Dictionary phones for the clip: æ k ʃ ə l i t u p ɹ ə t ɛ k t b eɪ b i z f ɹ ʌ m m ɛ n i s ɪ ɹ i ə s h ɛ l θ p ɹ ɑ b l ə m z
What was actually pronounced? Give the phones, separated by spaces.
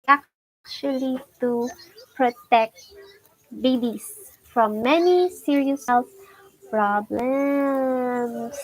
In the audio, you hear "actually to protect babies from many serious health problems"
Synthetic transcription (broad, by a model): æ k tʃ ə l i t u p ɹ ə t ɛ k t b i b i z f ɹ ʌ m m ɛ n i s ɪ ɹ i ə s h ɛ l s p ɹ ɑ b l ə m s